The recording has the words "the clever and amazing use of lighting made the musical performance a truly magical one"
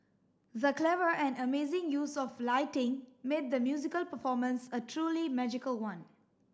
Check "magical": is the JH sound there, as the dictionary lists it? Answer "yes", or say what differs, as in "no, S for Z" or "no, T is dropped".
yes